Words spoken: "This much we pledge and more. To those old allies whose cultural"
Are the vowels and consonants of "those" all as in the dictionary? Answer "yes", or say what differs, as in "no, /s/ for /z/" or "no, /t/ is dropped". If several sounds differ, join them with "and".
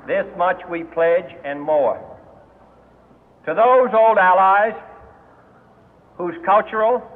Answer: yes